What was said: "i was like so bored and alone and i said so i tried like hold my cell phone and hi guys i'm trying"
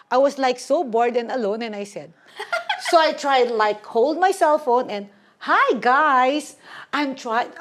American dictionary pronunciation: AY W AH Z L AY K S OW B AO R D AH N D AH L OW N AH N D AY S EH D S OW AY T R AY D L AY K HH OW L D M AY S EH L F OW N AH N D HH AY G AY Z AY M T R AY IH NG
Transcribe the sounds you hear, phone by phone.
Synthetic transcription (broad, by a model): AY W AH S L AY K S OW B AO R D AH N AH L OW N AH N AY S EH D S OW AY T R AY D L AY K HH OW L D M AY S EH L F OW N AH N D HH AY G AY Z AY M T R AY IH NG